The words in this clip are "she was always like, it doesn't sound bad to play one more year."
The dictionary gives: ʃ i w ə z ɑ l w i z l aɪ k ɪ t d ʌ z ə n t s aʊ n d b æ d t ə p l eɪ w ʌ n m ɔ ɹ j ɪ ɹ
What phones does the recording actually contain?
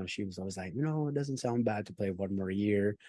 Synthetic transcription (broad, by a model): ʃ i w ə z ɑ l w i z l aɪ k ɪ t d ʌ z ə n t s aʊ n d b æ d t ə p l eɪ w ʌ n m ɔ ɹ j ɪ ɹ